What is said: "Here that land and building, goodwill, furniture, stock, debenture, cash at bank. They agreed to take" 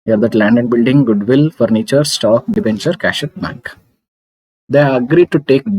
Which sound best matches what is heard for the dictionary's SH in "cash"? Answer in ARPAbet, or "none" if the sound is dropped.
SH